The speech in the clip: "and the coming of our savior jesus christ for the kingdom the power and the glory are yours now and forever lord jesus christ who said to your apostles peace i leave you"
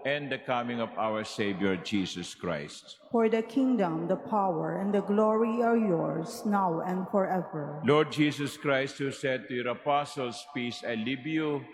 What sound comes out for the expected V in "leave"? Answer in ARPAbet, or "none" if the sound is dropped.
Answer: B